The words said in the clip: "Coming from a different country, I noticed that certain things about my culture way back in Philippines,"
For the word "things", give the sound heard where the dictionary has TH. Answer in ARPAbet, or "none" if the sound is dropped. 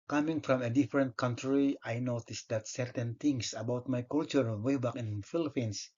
T